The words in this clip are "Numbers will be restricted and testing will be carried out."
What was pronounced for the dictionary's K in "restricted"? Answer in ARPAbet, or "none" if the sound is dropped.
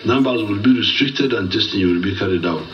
K